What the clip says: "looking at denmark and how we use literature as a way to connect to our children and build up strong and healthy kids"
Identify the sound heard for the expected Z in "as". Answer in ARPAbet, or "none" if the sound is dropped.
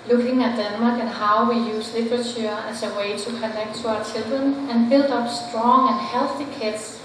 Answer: S